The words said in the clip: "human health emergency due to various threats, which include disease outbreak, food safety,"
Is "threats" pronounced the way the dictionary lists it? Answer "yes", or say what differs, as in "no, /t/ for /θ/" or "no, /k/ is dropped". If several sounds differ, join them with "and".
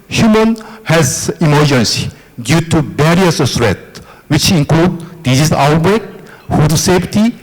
no, /s/ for /θ/ and /s/ is dropped